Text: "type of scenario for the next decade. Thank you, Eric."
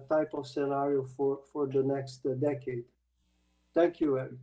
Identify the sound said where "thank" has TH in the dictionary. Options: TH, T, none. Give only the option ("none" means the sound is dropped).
T